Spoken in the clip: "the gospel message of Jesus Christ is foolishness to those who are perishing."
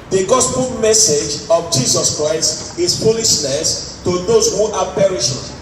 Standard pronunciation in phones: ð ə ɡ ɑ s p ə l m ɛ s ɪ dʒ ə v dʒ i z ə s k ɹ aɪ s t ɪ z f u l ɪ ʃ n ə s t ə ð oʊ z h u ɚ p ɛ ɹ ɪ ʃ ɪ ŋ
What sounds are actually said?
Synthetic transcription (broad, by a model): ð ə ɡ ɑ s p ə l m ɛ s ɪ dʒ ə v dʒ i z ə s k ɹ aɪ s t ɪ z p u l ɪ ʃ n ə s t ə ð oʊ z h u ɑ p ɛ ɹ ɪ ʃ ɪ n